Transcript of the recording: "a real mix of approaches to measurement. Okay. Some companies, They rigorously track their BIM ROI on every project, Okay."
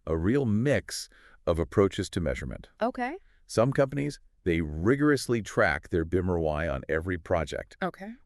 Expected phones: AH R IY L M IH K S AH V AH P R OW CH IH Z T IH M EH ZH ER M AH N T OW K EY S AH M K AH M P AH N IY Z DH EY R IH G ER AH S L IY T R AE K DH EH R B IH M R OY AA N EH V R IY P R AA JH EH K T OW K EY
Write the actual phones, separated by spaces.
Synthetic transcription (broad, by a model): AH R IY L M IH K S AH V AH P R OW CH IH Z T IH M EH ZH ER M AH N T OW K EY S AH M K AH M P AH N IY Z DH EY R IH G ER AH S L IY T R AE K DH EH R B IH M R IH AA N EH V R IY P R AA JH EH K T OW K EY